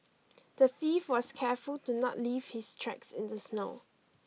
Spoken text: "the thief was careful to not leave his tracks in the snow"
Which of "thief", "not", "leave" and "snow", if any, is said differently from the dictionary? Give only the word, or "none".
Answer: thief